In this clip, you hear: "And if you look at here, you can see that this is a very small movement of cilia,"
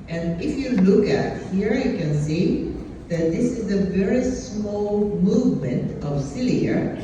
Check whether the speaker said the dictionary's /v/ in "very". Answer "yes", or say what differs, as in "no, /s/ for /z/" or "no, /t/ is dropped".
yes